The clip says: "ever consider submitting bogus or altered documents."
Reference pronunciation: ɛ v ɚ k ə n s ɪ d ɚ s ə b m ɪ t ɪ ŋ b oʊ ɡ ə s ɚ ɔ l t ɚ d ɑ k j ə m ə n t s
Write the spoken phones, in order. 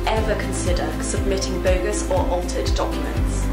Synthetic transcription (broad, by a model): ɛ v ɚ k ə n s ɪ d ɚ s ə b m ɪ t ɪ ŋ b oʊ ɡ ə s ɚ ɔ l t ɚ d ɑ k j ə m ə n t s